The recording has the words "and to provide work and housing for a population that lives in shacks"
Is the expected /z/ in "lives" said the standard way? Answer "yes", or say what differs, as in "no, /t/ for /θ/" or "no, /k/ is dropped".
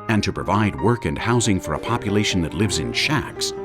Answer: yes